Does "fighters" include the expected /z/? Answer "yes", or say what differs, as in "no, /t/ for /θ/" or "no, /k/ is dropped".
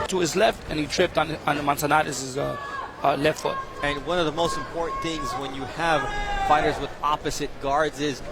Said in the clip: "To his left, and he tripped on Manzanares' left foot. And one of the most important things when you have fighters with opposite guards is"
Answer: yes